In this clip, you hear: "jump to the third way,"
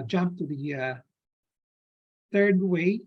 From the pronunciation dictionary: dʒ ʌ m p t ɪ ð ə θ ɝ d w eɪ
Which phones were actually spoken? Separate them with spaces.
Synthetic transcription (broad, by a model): dʒ ʌ m p t ɪ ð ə θ ɝ d w eɪ